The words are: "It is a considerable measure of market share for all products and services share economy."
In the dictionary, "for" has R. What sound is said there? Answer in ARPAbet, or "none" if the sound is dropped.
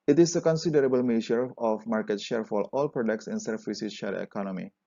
L